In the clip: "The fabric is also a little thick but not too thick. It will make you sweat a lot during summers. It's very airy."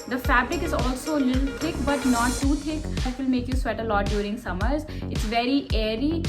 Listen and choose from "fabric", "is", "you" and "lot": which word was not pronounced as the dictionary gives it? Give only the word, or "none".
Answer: none